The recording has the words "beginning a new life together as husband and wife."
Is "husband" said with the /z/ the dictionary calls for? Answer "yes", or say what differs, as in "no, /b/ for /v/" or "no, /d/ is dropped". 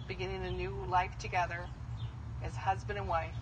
yes